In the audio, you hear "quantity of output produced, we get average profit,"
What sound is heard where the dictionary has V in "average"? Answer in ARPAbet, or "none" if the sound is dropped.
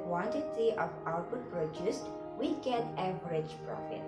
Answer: B